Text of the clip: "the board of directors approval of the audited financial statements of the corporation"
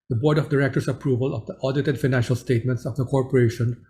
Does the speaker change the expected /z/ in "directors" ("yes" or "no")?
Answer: yes